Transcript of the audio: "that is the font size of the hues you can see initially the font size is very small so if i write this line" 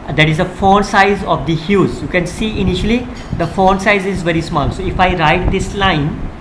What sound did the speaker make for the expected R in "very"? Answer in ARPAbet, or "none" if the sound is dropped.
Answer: R